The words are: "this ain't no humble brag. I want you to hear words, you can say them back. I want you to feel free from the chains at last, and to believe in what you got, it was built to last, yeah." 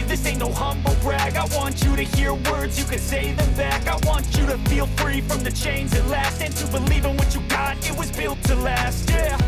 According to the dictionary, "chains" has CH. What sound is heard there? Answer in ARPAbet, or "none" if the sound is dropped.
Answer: CH